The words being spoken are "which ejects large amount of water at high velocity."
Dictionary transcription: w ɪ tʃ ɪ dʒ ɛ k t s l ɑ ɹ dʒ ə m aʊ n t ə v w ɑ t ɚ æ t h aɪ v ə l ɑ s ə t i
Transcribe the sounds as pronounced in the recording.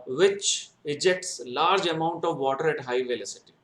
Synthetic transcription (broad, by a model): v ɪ tʃ ɪ dʒ ɛ k t s l ɑ ɹ dʒ ə m aʊ n t ə v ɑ t ɚ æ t h aɪ v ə l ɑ s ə t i